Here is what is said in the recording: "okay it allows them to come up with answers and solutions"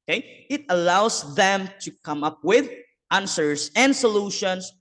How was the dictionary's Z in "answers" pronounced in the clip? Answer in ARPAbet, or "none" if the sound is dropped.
S